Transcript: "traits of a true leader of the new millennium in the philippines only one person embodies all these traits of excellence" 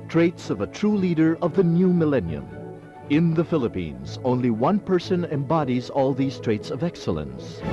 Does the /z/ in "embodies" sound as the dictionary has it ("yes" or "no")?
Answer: yes